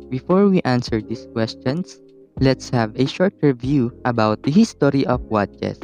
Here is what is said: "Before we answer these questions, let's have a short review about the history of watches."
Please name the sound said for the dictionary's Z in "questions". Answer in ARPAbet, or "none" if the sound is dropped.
S